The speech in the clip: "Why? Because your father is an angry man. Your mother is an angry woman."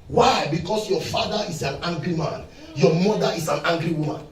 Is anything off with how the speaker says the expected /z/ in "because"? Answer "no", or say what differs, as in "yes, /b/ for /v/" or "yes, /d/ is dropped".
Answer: yes, /s/ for /z/